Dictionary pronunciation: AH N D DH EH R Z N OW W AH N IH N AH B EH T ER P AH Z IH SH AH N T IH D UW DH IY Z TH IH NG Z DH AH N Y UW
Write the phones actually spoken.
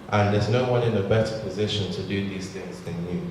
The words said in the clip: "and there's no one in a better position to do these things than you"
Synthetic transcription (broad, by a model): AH N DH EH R Z N OW W AH N IH N AH B EH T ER P AH Z IH SH AH N T IH D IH DH IY Z TH IH NG Z DH AH N Y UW